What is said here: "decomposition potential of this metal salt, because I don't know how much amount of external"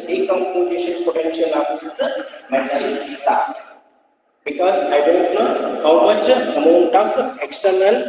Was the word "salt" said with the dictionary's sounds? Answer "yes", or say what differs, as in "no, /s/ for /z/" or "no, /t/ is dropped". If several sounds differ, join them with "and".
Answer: no, /l/ is dropped